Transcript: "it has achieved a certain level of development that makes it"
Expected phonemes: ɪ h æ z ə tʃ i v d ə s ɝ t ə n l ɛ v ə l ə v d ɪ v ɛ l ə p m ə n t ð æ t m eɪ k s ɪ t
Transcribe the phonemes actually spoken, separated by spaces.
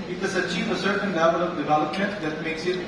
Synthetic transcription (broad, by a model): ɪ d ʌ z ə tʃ i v ə s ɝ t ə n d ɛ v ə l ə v d ɪ v ɛ l ə p m ə n t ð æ t m eɪ k s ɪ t